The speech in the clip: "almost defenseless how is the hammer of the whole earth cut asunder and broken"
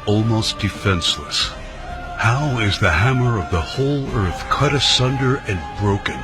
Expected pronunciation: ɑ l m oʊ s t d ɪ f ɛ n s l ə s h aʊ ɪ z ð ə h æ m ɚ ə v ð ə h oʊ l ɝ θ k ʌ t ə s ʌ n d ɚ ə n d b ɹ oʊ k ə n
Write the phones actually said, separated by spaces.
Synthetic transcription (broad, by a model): ɑ l m oʊ s d ɪ f ɛ n s l ə s h aʊ ɪ z ð ə h æ m ɚ ə v ð ə h oʊ l ɝ θ k ʌ t ə s ʌ n d ɚ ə n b ɹ oʊ k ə n